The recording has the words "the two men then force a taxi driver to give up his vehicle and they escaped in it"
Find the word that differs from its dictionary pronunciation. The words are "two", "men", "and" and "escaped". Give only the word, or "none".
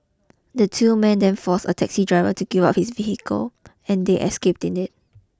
none